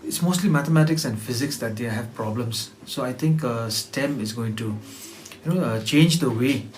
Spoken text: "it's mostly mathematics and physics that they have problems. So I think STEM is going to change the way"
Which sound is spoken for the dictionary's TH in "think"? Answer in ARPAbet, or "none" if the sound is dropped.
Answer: T